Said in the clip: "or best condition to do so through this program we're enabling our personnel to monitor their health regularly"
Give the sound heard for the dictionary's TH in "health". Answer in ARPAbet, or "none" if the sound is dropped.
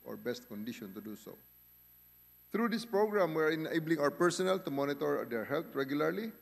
T